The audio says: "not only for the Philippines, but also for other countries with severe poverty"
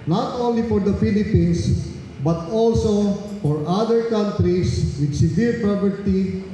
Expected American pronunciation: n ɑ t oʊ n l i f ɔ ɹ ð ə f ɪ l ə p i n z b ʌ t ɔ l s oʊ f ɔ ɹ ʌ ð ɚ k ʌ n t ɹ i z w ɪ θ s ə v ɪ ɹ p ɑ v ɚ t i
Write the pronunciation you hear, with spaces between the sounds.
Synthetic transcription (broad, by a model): n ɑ t oʊ n l i f ɔ ɹ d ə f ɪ l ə p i n s b ʌ t ɔ l s oʊ f ɔ ɹ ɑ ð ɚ k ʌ n t ɹ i s w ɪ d s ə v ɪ ɹ p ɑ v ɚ t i